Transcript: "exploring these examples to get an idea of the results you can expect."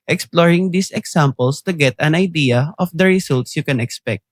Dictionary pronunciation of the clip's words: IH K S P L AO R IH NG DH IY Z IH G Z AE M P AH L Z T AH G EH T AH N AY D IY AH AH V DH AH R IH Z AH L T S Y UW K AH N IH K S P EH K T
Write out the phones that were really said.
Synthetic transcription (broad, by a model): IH K S P L AO R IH NG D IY S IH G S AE M P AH L S T AH G EH T AH N AY D IY AH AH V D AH R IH S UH L T S Y UW K AH N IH K S P EH K T